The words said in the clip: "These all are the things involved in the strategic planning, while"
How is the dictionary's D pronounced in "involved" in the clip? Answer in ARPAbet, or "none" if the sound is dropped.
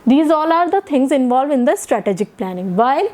none